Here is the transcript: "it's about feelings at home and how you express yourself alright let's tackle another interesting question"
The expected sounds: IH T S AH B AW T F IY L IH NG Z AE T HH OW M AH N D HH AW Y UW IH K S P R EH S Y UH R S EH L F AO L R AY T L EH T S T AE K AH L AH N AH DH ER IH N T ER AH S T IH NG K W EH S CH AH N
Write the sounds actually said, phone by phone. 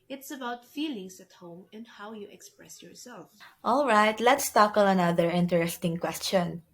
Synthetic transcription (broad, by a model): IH T S AH B AW T F IY L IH NG S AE T HH OW M AH N D HH AW Y UW IH K S P R EH S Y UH R S EH L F AO L R AY T L EH T S T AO K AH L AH N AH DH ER IH N T ER AH S T IH NG K W EH S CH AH N